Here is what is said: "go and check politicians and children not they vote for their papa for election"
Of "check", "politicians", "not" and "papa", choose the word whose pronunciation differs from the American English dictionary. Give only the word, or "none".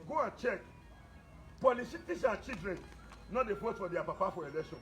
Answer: politicians